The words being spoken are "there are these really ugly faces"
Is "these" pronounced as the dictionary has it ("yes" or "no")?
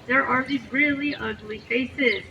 no